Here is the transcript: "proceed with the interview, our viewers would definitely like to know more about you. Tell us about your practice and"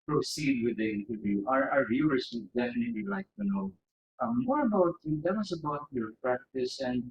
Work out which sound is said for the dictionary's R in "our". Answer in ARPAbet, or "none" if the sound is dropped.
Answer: R